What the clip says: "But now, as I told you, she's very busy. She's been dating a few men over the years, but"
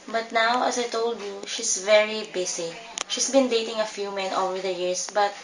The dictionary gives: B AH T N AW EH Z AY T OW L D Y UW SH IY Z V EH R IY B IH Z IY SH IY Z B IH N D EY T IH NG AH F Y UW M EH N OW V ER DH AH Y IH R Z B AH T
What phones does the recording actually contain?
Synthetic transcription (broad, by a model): B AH T N AW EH S AY T OW L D Y UW SH IY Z V EH R IY B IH S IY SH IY S B IH N D EY T IH NG AH F Y UW M EH N OW V ER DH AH Y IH R S B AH T